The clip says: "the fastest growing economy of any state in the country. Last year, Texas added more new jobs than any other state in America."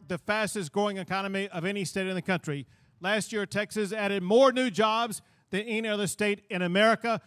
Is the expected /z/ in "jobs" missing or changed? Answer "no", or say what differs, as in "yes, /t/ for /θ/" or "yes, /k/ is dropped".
no